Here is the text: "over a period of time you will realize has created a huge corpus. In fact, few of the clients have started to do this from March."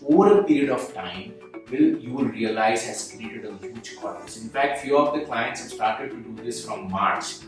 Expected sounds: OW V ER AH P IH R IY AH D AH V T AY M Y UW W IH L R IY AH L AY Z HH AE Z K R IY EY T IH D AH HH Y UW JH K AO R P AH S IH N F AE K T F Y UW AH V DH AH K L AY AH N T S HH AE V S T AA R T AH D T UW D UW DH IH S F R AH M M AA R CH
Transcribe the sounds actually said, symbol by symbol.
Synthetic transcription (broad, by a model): OW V ER AH P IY R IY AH D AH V T AY M Y UW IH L R IY AH L AY Z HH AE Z K R IY EY T IH D AH HH Y UW JH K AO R AH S IH N F AE K T F Y UW AH V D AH K L AY AH N T S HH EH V S T AA R T AH D T UW D UW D IH S F R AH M M AA R CH